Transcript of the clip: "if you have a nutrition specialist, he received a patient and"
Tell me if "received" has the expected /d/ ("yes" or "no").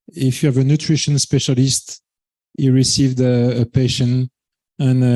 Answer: yes